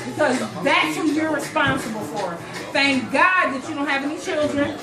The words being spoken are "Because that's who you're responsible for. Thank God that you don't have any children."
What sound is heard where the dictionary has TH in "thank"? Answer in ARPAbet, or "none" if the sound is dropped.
TH